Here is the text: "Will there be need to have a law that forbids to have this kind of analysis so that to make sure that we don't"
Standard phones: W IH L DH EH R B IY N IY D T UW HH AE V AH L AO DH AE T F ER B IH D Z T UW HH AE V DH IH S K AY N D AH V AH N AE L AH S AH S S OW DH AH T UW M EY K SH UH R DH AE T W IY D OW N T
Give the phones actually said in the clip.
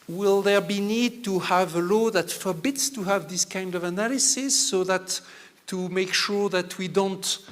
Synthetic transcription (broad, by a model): W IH L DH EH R B IY N IY D T UW HH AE V AH L AO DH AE T F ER B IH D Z T UW HH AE V DH IH S K AY N D AH V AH N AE L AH S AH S S OW DH AH T UW M EY K SH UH R DH AE T W IY D OW N T